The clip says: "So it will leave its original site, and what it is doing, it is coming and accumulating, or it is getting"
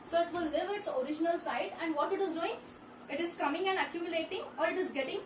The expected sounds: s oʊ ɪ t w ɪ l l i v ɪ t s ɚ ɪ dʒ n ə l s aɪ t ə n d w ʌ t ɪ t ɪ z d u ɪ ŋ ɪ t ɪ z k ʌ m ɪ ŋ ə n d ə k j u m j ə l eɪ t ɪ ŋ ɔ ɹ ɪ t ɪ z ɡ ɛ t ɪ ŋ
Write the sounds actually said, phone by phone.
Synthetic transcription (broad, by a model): s oʊ ɪ t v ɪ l l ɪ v ɪ t s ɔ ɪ dʒ n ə l s aɪ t ə n d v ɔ t ɪ t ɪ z d u ɪ ŋ ɪ t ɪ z k ʌ m ɪ ŋ ə n d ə k j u m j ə l eɪ t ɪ ŋ ɔ ɹ ɪ t ɪ z ɡ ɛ t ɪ ŋ